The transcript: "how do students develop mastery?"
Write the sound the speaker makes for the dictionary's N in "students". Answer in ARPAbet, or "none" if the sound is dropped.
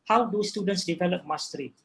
N